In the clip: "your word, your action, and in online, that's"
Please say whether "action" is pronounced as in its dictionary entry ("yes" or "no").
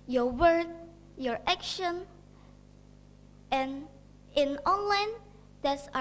yes